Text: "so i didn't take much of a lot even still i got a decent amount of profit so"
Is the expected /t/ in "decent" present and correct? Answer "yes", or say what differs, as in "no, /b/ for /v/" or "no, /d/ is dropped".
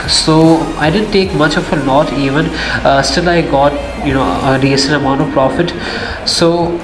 no, /t/ is dropped